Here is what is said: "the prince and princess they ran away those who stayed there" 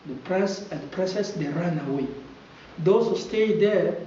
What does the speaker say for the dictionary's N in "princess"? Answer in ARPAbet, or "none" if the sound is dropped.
none